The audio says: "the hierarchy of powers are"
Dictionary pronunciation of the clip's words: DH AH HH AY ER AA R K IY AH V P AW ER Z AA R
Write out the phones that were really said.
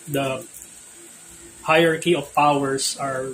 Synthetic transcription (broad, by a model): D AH HH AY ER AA R K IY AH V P AW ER S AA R